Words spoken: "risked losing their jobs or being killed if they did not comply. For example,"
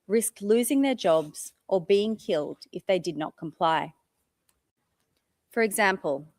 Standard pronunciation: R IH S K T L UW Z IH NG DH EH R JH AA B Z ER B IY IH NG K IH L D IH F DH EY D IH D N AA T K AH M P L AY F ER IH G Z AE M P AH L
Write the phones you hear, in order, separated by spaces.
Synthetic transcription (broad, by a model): R IH S K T L UW Z IH NG DH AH R JH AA B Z ER B IY IH NG K IH L D IH F DH EY D IH D N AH T K AH M P L AY F ER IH G Z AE M P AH L